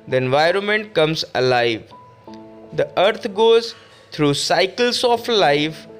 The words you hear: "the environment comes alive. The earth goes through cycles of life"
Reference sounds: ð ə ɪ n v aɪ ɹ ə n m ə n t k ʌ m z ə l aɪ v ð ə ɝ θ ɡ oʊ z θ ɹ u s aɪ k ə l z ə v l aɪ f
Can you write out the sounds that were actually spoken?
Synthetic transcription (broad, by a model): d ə ɪ n v aɪ ɹ ə n m ə n t k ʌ m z ə l aɪ v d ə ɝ t ɡ oʊ z t ɹ u s aɪ k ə l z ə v l aɪ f